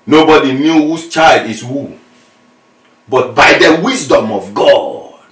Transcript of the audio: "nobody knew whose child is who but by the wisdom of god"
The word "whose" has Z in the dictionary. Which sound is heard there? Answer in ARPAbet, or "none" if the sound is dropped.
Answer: S